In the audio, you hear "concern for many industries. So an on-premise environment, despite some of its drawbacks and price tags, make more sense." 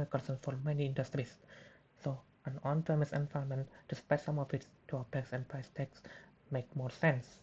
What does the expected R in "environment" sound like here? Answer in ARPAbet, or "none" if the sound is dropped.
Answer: none